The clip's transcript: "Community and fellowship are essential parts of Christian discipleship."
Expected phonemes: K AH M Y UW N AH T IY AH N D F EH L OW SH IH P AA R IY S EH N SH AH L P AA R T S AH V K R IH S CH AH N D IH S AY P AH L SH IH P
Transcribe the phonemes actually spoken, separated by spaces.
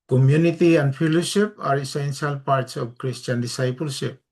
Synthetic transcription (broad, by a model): K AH M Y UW N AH T IY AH N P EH L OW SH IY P AA R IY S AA N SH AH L P AA R T S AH B K R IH S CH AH N D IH S AY P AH L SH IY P